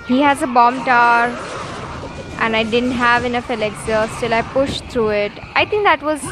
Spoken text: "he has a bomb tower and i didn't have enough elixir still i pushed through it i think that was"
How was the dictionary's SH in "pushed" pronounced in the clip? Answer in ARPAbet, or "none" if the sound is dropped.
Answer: SH